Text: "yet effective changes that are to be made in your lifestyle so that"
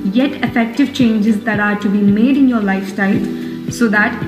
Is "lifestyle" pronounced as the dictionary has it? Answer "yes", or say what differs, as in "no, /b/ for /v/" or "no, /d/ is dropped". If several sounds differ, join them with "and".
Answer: no, /s/ is dropped